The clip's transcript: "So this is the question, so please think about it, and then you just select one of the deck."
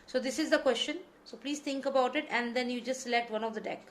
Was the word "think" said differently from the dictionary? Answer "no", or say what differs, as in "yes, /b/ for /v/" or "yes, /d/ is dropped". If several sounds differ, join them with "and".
yes, /t/ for /θ/